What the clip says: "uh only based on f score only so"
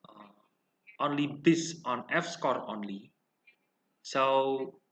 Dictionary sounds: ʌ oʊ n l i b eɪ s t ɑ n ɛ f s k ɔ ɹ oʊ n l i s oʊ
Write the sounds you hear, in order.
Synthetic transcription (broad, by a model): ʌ oʊ n l i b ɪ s ɑ n ɛ f s k ɔ ɹ oʊ n l i s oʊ